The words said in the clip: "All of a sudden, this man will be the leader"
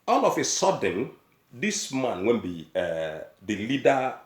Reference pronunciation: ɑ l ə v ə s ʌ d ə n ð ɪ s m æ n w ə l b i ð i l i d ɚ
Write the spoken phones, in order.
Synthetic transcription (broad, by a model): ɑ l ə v ə s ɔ d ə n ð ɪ s m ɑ n w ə n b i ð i l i d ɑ